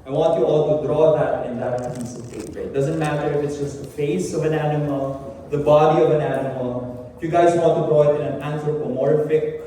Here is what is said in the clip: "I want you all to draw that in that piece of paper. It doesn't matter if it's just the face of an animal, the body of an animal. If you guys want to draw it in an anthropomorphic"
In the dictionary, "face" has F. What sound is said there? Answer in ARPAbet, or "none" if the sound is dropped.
F